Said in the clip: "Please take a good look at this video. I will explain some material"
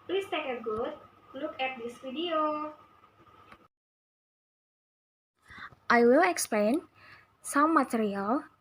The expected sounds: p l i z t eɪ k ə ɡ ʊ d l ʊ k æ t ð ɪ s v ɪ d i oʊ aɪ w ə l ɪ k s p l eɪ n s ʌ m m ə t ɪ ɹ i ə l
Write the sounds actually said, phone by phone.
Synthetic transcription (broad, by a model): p l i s t eɪ k ə ɡ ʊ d l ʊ k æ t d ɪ s f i d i oʊ aɪ w ə l ɪ k s p l eɪ n s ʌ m m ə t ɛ ɹ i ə l